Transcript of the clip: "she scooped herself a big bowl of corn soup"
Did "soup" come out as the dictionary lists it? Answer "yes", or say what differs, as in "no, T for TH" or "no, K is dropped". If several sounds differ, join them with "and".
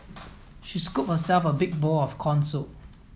no, P is dropped